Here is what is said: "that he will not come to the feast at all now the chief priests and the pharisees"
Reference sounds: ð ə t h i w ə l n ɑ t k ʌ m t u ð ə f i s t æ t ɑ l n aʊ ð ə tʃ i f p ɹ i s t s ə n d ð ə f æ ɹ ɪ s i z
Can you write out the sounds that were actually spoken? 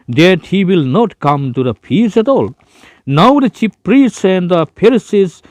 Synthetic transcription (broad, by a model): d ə t h i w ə l n ɑ t k ʌ m t u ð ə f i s æ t ɑ l n aʊ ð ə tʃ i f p ɹ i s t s ə n d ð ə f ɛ ɹ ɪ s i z